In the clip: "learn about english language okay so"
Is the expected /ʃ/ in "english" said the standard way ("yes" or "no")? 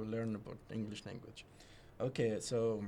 yes